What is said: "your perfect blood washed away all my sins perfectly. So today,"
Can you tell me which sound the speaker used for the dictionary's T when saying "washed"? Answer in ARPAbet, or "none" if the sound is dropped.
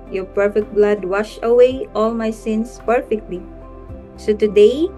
none